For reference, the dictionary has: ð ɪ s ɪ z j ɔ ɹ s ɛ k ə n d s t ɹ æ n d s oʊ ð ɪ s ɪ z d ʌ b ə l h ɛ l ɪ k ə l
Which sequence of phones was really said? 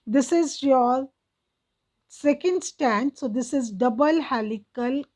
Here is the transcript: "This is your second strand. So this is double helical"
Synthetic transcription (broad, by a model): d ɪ s ɪ z j ɔ ɹ s ɛ k ə n d s t æ n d s oʊ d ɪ s ɪ z d ʌ b ə l h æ l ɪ k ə l